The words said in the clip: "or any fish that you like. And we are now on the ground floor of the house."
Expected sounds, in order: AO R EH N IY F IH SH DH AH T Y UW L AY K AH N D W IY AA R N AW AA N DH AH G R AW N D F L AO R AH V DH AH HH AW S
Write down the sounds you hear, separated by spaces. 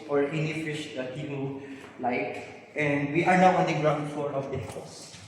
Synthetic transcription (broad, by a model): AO R EH N IY F IH SH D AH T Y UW L AY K AH N D W IY AA R N AW AA N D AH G R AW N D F AO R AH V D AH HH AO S